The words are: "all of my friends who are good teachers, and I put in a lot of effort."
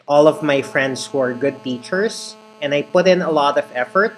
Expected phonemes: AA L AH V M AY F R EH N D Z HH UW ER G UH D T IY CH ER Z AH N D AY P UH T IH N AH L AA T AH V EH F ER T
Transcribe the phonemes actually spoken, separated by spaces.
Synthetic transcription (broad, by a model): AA L AH V M AY F R EH N D S HH UW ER G UH D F IY CH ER S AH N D AY P UH T IH N AH L AA T AH V EH F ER T